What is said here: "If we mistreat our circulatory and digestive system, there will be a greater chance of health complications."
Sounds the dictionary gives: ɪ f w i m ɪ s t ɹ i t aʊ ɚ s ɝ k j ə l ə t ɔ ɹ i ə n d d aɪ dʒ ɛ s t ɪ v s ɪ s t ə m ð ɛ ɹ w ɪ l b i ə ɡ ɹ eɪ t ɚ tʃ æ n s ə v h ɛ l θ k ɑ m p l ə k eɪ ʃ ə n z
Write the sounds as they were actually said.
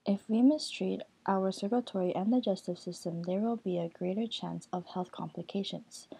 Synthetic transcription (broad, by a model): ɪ f w i m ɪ s t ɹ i t aʊ ɚ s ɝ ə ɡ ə t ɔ ɹ i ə n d d aɪ dʒ ɛ s t ɪ v s ɪ s t ə m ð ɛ ɹ w ɪ l b i ə ɡ ɹ eɪ t ɚ tʃ æ n s ə v h ɛ l θ k ɑ m p l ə k eɪ ʃ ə n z